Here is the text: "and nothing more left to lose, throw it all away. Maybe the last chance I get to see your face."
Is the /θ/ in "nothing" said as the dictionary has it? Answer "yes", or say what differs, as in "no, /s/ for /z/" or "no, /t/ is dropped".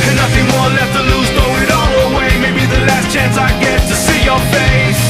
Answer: yes